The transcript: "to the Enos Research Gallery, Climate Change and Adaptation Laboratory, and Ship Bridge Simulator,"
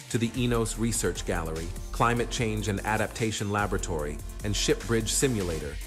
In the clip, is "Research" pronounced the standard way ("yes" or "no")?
yes